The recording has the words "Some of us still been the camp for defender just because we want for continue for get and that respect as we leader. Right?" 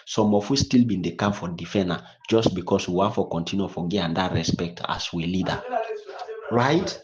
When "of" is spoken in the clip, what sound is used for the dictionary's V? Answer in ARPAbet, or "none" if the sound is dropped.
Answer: W